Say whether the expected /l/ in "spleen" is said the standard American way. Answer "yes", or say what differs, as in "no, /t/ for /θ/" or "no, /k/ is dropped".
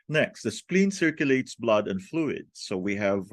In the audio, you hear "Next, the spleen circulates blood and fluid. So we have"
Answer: yes